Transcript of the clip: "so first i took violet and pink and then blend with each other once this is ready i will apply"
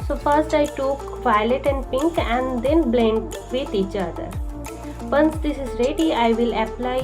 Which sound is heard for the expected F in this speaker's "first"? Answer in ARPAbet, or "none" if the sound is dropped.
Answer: P